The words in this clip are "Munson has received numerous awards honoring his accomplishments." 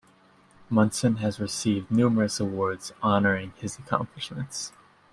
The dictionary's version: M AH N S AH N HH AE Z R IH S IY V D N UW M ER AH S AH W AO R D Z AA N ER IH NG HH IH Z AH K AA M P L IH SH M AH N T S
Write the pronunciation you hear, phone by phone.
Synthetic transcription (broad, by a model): M AH N S AH N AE Z R IH S IY V D N UW M ER AH S AH W AO R D Z AA N ER IH NG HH IH Z AH K AA M P L IH SH M AH N T S